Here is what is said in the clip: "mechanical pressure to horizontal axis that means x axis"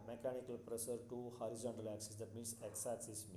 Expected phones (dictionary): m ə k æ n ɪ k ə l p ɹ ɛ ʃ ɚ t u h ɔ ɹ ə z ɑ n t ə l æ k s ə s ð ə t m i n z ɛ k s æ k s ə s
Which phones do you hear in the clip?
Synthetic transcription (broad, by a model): m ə k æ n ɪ k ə l p ɹ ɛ s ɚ t u h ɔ ɹ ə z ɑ n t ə l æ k s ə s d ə t m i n s ɛ k s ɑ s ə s